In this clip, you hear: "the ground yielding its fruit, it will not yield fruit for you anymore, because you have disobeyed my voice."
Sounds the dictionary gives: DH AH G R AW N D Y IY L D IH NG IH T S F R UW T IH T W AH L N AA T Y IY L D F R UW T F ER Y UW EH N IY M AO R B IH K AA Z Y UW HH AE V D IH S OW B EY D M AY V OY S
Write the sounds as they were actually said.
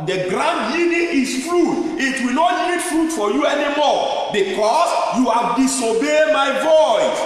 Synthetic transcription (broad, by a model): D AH G R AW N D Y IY D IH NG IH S F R UW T IH T W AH N AA T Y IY D F R UW T F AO Y UW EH N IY M AO B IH K AA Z Y UW HH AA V D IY S OW B EY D M AY V OY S